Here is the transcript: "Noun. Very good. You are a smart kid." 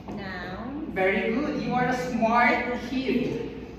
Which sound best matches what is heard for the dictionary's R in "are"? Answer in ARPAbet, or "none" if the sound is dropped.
R